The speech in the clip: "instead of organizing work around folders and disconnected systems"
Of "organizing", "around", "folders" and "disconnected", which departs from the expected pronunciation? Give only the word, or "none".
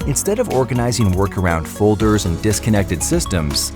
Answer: none